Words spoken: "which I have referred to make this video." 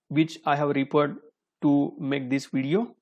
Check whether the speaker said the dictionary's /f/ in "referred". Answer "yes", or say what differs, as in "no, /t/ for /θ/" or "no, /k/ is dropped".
no, /p/ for /f/